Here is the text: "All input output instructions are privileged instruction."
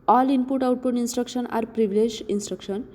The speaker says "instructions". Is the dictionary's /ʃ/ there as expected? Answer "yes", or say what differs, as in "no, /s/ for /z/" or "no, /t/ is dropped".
no, /s/ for /ʃ/